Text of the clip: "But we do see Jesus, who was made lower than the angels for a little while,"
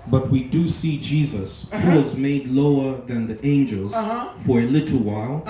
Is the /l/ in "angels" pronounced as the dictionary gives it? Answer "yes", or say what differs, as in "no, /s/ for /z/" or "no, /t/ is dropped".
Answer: yes